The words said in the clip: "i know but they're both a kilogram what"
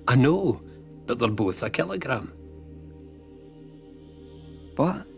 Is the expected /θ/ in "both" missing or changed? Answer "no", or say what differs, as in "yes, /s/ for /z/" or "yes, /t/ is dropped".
no